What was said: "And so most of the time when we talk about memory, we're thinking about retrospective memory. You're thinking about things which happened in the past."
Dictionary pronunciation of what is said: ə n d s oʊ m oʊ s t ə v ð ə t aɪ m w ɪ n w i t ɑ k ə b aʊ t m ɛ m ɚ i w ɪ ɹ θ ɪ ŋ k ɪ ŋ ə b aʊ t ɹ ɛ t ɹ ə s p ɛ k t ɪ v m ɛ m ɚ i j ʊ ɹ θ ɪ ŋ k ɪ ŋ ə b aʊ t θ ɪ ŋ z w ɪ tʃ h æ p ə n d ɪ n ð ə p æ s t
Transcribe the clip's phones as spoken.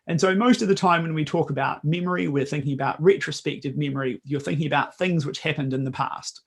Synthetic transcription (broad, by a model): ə n s oʊ m oʊ s t ə v ð ə t aɪ m w ɪ n w i t ɑ k ə b aʊ t m ɛ m ɚ i w ɪ ɹ θ ɪ ŋ k ɪ ŋ ə b aʊ t ɹ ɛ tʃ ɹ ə s p ɛ k t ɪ v m ɛ m ɚ i j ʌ ɹ θ ɪ ŋ k ɪ ŋ ə b aʊ t θ ɪ ŋ z w ɪ tʃ h æ p ə n d ɪ n ð ə p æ s t